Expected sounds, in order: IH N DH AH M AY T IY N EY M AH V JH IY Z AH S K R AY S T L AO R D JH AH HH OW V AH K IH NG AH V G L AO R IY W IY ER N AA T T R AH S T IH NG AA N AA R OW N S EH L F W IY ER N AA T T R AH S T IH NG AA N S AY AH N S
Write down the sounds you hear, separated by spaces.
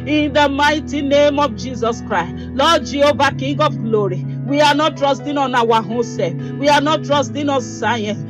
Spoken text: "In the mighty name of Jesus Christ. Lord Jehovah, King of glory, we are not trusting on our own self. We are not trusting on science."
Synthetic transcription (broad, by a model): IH N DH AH M AY T IY N EY M AH V JH IY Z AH S K R AY S T L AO JH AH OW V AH K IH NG AH V G L AO R IY W IY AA N AA T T R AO S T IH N AA N AA W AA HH S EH F W IY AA N AA T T R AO S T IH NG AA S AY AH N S